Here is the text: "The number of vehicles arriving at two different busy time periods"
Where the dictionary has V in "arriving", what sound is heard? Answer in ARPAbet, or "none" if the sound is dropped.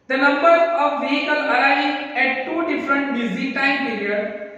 none